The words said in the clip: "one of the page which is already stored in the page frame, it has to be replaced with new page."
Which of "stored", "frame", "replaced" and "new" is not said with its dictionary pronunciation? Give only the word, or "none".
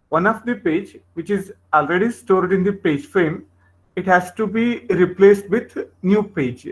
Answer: none